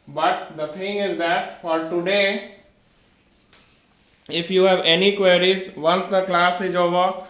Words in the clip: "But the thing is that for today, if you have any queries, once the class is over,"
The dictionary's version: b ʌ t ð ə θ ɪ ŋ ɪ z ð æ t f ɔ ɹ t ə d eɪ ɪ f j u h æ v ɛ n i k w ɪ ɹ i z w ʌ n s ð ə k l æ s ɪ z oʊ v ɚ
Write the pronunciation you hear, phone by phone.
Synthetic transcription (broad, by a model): b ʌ t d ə t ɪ ŋ ɪ z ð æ t f ɔ ɹ t ə d eɪ ɪ f j u h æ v ɛ n i k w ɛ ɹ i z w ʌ n s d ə k l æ s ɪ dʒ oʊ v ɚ